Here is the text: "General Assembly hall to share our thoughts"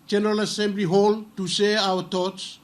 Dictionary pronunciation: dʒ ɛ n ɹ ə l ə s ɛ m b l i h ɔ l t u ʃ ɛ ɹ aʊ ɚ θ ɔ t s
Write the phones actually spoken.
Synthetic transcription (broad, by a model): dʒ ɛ n ɹ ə l ə s ɛ m b l i h ɔ l t u s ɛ aʊ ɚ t ɔ t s